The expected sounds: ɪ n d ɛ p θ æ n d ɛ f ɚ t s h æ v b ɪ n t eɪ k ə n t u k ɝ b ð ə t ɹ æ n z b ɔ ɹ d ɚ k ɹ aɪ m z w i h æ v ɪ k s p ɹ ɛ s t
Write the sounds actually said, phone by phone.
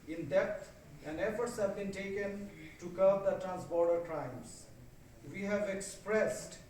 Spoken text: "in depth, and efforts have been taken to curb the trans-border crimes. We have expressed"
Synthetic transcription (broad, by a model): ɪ n d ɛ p t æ n ɛ f ɚ t s h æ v b ɪ n t eɪ k ə n t u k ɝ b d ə t ɹ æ n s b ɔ ɹ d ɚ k ɹ aɪ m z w i h æ v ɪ k s p ɹ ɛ s t